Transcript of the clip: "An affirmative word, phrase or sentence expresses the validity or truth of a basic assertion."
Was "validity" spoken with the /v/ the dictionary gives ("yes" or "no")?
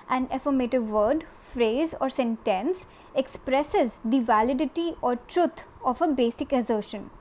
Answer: yes